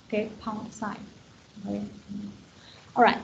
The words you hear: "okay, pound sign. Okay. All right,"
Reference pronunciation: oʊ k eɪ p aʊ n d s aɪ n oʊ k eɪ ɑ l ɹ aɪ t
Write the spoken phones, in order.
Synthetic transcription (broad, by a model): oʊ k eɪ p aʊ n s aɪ oʊ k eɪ ɑ l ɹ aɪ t